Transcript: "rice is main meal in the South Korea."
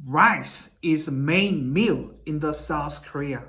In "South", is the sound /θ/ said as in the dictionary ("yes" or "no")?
yes